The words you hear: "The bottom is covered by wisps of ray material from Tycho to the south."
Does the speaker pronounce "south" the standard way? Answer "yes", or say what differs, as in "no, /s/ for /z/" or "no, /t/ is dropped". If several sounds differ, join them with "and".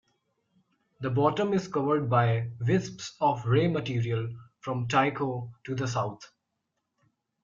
no, /t/ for /θ/